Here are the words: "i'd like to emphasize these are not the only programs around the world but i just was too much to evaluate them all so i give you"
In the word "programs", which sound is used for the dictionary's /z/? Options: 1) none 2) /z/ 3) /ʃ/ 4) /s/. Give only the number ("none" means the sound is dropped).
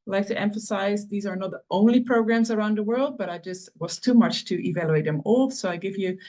2